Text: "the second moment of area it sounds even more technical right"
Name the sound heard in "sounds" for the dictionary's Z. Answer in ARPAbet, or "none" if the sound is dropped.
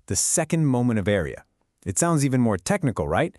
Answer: Z